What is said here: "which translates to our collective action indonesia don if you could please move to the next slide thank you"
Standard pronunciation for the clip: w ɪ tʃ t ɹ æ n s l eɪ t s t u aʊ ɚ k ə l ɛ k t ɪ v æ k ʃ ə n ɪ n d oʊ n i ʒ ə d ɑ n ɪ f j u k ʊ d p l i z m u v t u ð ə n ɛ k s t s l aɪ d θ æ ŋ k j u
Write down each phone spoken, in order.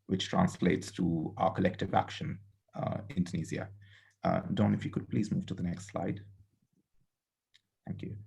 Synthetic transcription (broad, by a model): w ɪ tʃ t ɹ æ n s l eɪ t s t u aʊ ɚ k ə l ɛ k t ɪ v æ k ʃ ə n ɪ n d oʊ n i z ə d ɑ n ɪ f j u k ʊ d p l i z m u v t u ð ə n ɛ k s t s l aɪ d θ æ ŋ k j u